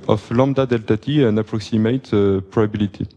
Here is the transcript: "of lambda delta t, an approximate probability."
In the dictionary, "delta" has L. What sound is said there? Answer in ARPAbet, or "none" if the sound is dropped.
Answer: L